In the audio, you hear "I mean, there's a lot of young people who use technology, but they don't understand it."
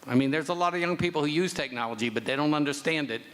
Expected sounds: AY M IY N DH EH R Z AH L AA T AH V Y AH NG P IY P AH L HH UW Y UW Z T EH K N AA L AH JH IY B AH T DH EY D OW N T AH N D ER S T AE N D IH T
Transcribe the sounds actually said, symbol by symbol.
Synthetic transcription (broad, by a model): AY M IY N DH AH R Z AH L AA T AH V Y AH NG P IY P L HH UW Y UW Z T EH K N AA L AH JH IY B AH T DH EY D OW N T AH N D ER S T AE N D IH T